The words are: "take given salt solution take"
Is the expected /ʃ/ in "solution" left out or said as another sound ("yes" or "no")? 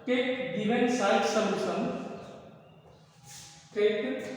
yes